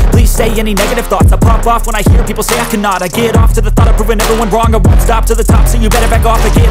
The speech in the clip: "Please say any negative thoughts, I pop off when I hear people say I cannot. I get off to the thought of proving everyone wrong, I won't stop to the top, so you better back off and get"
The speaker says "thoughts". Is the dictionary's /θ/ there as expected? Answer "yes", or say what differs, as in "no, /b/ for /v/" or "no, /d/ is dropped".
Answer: yes